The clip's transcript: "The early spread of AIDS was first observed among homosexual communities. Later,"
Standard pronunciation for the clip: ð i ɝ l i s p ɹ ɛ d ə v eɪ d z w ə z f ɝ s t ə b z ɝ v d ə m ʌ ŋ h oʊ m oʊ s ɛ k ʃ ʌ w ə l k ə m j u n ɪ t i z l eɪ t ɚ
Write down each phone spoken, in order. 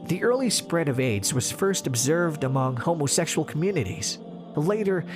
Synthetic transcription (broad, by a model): ð i ɝ l i s p ɹ ɛ d ə v eɪ d z w ə z f ɝ s t ə b z ɝ v d ə m ʌ ŋ h oʊ m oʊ s ɛ k ʃ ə l k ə m j u n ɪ t i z l eɪ t ɚ